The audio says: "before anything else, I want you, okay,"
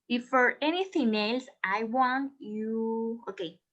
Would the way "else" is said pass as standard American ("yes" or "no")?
yes